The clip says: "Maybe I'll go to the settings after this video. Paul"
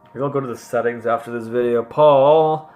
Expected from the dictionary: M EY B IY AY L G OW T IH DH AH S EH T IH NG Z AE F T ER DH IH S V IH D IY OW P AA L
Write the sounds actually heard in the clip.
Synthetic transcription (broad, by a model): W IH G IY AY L G OW T IH DH AH S EH T IH NG Z AE F T ER DH IH S V IH D IY OW P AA L